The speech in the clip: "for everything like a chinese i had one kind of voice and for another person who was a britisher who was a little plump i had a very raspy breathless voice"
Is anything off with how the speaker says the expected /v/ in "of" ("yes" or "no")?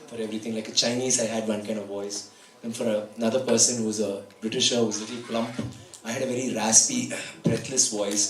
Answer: no